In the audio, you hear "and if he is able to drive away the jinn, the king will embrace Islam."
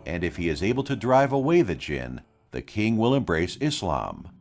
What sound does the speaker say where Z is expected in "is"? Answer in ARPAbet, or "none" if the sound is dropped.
Z